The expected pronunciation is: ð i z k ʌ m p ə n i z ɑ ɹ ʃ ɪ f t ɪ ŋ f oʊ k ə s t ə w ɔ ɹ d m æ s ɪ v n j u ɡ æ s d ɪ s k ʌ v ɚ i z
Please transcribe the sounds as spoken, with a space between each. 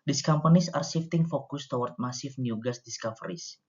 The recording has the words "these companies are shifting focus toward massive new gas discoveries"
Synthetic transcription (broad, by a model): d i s k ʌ m p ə n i s ɑ ɹ s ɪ f t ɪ ŋ f oʊ k ə s t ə w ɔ ɹ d m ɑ s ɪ f n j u ɡ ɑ s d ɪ s k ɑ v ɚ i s